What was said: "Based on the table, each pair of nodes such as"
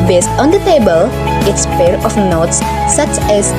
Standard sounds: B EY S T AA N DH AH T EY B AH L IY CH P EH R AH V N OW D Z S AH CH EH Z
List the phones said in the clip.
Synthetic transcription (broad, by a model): B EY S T AA N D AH T EY B AH L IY S P EH R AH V N OW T S AH CH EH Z